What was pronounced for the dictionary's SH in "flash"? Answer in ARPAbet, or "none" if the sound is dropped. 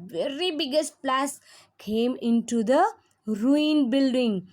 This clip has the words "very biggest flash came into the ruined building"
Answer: S